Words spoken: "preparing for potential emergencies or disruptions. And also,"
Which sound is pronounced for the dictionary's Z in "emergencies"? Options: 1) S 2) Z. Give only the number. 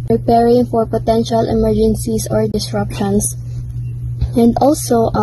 1